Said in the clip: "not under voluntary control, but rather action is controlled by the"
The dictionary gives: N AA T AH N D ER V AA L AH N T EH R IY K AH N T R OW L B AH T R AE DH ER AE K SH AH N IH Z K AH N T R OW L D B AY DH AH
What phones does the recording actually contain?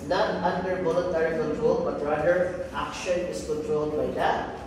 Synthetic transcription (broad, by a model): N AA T AH N D ER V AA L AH T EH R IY K AH N T R OW L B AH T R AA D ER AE K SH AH N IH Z K AH N T R OW L D B AY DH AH